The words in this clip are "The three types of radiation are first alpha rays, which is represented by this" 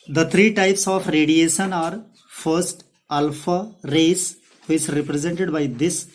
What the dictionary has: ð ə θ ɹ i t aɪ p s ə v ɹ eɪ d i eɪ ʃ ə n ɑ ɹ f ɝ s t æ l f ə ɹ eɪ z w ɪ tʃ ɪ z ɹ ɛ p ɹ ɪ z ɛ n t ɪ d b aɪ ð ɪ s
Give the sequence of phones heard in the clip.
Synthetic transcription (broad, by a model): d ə t ɹ i t aɪ p s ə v ɹ eɪ d i eɪ ʃ ə n ɑ ɹ f ɝ s t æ l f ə ɹ eɪ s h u ɪ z ɹ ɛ p ɹ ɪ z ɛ n t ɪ d b aɪ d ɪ s